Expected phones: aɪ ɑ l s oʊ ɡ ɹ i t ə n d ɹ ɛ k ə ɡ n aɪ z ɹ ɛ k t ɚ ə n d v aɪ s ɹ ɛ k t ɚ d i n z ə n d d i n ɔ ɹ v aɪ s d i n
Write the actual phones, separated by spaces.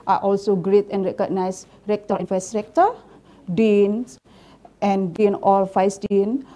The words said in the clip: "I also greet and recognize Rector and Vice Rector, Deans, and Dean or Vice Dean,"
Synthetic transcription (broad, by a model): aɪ ɑ l s oʊ ɡ ɹ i t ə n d ɹ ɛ k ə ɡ n aɪ s ɹ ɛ k t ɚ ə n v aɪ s ɹ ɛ k t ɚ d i n s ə n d d i n ɔ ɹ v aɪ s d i n